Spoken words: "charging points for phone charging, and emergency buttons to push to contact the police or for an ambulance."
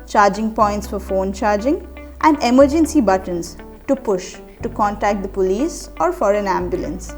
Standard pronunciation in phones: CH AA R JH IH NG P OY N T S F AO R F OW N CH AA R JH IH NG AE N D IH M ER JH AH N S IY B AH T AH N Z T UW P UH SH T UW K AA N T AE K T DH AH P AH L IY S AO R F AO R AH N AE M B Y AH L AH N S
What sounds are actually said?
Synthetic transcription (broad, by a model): CH AA R JH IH NG P OY N T S F AO R F OW N CH AA R JH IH NG AE N D IH M ER JH AH N S IY B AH T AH N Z T UW P UH SH T UW K AA N T AE K T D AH P AH L IY S AO R F AO R AH N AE M B Y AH L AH N S